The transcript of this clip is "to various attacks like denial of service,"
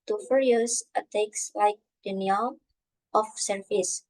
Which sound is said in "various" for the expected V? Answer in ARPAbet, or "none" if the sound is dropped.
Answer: F